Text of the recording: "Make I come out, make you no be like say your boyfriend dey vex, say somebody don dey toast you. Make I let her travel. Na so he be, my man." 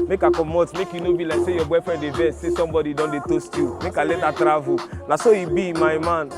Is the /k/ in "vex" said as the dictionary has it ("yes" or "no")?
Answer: no